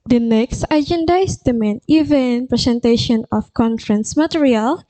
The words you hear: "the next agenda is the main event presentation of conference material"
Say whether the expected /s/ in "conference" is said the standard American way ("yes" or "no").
yes